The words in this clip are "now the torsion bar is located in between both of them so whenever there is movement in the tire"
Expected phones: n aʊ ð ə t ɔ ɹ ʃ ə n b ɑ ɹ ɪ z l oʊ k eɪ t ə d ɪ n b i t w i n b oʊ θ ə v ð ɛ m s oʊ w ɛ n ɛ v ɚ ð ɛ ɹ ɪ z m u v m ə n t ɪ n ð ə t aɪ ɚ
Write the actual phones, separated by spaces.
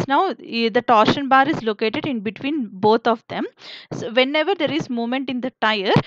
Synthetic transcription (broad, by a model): n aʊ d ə t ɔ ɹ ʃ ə n b ɑ ɹ ɪ z l oʊ k eɪ t ə d ɪ n b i t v i n b oʊ t ə v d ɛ m s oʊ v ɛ n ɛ v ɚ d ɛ ɹ ɪ z m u m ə n t ɪ n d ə t aɪ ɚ